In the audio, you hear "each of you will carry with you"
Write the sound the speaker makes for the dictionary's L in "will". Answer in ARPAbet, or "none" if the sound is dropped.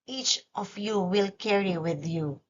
L